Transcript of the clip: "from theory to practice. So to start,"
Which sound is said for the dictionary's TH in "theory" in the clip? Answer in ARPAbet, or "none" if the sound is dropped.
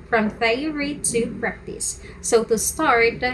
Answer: F